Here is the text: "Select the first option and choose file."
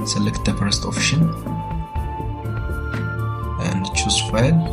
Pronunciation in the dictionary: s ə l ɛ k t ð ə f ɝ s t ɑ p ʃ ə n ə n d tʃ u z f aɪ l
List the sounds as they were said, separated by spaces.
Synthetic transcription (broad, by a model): s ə l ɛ k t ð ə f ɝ s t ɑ f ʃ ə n ə n d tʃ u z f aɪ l